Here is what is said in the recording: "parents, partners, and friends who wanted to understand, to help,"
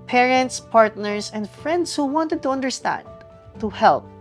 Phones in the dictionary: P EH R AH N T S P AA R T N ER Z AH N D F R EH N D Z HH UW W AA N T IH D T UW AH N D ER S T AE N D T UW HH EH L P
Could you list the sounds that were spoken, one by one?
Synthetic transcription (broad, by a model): P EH R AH N T S P AA R T N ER S AH N D F R EH N D S HH UW W AA N T IH D T UW AH N D ER S T AE N D T UW HH EH L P